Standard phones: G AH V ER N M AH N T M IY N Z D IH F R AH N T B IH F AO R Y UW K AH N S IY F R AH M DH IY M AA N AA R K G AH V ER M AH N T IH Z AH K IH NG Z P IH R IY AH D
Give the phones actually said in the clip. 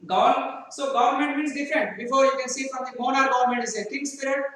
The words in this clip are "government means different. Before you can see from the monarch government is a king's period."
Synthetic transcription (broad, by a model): G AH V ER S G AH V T M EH N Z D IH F R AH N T B IH F AO R Y UW K AH N S IY F R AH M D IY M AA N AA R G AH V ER M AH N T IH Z AH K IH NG S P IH R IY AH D